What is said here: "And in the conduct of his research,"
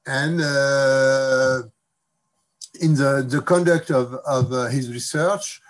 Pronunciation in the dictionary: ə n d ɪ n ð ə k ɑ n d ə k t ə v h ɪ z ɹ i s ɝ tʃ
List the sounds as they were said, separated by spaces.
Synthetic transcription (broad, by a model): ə n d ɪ n ð ə k ɑ n d ə k t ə v h ɪ z ɹ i s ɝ tʃ